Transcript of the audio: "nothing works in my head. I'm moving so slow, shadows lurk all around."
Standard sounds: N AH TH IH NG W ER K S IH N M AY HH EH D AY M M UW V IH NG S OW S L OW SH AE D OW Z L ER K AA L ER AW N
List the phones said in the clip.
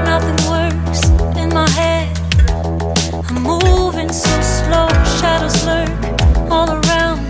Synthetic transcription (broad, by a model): N AH TH IH NG W ER S IH N M AY HH EH D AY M M UW V IH NG S OW S L OW SH AE D OW Z L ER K AA L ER AW N